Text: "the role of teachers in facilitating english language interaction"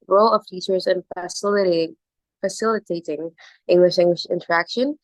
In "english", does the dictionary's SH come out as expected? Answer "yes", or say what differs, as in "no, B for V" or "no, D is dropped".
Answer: yes